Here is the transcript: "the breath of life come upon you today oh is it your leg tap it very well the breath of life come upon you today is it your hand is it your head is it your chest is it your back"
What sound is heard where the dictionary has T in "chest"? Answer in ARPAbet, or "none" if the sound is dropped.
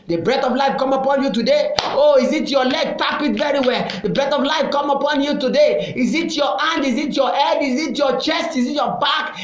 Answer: T